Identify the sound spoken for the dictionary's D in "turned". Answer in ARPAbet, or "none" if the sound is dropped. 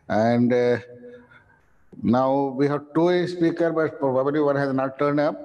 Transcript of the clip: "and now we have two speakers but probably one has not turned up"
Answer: D